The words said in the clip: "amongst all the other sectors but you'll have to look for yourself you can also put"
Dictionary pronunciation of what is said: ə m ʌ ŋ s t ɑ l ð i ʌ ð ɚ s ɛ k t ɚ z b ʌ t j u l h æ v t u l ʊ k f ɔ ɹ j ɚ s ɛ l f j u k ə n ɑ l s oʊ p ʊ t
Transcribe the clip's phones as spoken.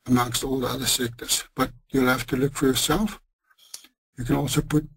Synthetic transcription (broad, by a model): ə m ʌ ŋ s t ɑ l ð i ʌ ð ɚ s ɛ k t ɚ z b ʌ t j u l h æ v t u l ʊ k f ɔ ɹ j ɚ s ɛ l f j u k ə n ɑ l s oʊ p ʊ t